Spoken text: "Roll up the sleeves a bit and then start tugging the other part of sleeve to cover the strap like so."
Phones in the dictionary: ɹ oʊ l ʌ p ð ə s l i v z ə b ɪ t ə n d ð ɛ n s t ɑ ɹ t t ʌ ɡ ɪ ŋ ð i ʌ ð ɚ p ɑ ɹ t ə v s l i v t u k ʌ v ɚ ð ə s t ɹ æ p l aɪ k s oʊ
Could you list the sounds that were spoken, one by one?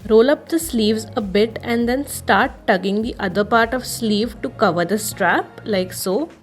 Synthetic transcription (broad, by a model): ɹ oʊ l ʌ p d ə s l i v z ə b ɪ t ə n d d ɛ n s t ɑ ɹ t t ʌ ɡ ɪ ŋ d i ʌ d ɚ p ɑ ɹ t ə v s l i v t u k ʌ v ɚ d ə s t ɹ æ p l aɪ k s oʊ